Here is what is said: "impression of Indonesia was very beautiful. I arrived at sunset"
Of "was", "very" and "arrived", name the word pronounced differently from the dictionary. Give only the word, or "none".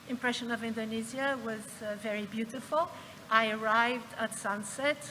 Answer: none